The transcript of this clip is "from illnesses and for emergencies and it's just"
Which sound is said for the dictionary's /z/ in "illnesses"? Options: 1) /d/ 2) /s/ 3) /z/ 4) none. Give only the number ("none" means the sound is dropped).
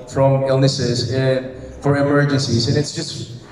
3